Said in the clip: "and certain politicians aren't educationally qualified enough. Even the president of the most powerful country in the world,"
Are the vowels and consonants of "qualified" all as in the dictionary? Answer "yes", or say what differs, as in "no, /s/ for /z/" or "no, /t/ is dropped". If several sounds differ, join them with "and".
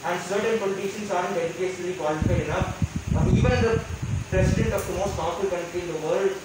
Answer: no, /d/ is dropped